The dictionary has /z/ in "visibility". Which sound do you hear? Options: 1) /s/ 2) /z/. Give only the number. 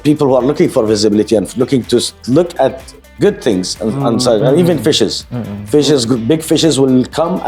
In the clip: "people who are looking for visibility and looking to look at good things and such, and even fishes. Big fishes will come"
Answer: 2